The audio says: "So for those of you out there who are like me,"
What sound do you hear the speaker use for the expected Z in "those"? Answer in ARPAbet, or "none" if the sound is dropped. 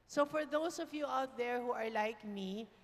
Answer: S